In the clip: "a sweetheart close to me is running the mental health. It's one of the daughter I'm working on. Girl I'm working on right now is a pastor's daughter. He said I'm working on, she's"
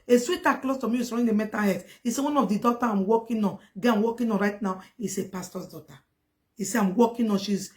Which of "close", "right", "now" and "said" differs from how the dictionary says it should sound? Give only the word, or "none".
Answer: said